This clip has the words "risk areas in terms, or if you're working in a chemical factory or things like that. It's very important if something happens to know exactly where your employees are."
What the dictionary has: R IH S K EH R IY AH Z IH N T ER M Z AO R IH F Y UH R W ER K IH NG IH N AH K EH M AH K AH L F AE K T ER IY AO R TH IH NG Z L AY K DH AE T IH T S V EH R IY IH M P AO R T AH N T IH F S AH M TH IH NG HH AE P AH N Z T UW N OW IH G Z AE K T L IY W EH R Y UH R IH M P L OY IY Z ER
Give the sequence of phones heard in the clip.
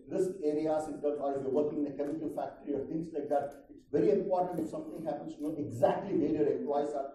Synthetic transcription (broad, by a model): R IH S K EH R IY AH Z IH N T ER Z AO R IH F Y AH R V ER K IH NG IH N AH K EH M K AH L F AE K T ER IY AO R T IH NG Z L AY K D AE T IH T S V EH R IY IH M P AO R T AH N T IH F S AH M T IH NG HH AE P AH N S T UW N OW IH G Z AE K T L IY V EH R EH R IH P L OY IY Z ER